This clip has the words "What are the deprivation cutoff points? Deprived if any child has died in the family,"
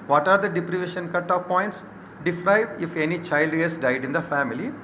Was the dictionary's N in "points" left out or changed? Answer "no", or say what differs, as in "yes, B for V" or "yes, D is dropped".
no